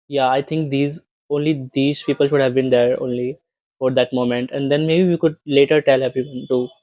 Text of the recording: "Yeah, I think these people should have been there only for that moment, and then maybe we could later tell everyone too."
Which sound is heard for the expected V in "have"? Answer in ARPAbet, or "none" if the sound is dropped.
V